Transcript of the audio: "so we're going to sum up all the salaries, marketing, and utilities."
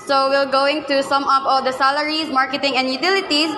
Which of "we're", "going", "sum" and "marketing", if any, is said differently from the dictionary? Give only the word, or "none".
we're